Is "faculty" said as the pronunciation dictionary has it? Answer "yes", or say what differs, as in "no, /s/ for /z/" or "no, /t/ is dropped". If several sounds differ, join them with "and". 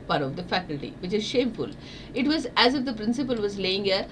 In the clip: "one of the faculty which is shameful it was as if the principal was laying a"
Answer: yes